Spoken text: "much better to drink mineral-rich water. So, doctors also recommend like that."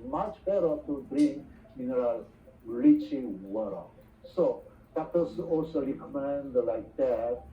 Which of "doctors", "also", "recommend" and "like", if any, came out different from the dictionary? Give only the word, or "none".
doctors